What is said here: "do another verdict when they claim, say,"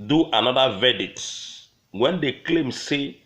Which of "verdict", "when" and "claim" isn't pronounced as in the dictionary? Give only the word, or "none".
verdict